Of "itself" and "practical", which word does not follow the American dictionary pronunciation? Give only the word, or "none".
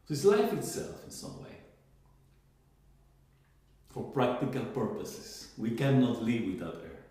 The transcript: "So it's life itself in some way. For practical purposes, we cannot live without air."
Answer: none